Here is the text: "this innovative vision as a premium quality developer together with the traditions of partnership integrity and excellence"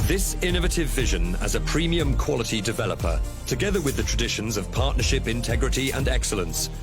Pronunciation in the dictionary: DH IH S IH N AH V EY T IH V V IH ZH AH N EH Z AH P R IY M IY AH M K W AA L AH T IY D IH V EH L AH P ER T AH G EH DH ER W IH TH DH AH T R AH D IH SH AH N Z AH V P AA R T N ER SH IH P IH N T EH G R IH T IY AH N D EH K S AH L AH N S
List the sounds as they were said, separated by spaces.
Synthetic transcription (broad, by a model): DH IH S IH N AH V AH T IH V V IH ZH AH N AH Z AH P R IY M IY AH M K W AA L AH T IY D IH V EH L AH P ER T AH G EH DH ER W IH DH AH T R AH D IH SH AH N Z AH V P AA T N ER SH IH P IH N T EH G R IH T IY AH N EH K S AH L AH N S